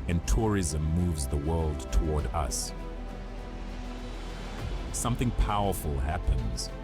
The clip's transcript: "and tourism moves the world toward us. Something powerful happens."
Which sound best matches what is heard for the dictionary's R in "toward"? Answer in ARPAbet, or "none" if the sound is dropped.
R